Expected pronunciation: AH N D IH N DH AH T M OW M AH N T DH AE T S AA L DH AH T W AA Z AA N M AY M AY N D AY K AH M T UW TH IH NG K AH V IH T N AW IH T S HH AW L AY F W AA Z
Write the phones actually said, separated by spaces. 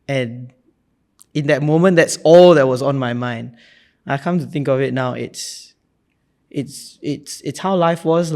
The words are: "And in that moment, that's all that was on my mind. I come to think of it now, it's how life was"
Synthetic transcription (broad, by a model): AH N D IH N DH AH T M OW M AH N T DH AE T S AA L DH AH T W AA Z AA N M AY M AY N D AY K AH M T UW TH IH NG K AH V IH T N AW IH T S HH AW L AY F W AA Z